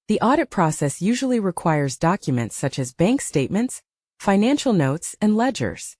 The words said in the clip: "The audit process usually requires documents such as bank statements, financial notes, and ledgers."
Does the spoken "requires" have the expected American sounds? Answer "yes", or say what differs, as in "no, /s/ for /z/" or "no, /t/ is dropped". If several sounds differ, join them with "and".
yes